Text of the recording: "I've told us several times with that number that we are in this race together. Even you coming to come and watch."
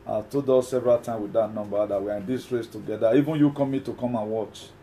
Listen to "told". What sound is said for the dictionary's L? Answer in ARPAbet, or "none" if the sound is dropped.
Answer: none